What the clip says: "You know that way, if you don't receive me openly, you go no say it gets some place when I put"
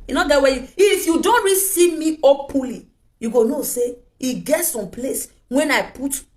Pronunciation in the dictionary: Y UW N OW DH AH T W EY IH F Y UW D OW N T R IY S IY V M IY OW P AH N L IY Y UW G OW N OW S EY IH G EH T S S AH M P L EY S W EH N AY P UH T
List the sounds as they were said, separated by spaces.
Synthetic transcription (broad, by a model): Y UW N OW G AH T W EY IH F Y UW D OW N T R IY S IY V M IY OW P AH L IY Y UW G OW N OW S EY IH G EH T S S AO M P L EY S W EH N AY P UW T